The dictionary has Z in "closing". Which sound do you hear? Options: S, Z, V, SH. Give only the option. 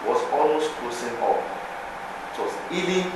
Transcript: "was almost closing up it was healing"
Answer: S